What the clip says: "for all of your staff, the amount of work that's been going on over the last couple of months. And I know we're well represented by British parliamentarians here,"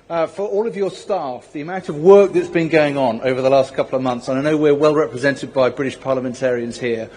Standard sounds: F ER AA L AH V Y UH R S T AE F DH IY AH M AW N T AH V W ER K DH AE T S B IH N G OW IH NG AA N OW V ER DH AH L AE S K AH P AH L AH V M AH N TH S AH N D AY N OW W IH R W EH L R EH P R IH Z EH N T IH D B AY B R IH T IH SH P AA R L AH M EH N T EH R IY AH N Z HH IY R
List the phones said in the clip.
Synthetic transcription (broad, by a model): F ER AA L AH V Y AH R S T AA F DH IY AH M AW N T AH V W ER K DH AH T S B IH N G OW IH NG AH N OW V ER DH AH L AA S K AH P L AH V M AH N TH S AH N AY N OW W IH R W EH L R EH P R IH Z EH N T IH D B AY B R IH T IH SH P AA L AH M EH N T EH R IY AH N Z HH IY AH